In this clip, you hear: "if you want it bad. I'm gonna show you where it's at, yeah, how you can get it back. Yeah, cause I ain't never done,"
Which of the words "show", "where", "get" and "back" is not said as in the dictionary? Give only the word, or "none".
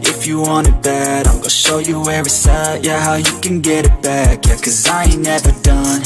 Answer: none